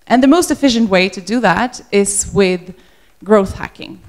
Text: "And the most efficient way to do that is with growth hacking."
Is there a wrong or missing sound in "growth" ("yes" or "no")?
no